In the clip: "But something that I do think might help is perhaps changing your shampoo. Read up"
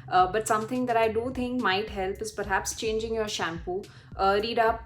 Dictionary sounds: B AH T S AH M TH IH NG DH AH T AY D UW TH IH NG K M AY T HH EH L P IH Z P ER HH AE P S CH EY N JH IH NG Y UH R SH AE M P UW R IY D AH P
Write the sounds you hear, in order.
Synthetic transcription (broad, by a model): B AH T S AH M T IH NG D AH T AY D UW T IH NG K M AY T HH EH L P IH Z P ER HH AE P S CH EY N JH IH NG Y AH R SH AE M P UW R IY D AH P